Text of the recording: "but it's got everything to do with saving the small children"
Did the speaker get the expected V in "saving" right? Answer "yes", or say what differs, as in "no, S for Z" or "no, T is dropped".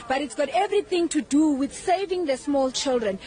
yes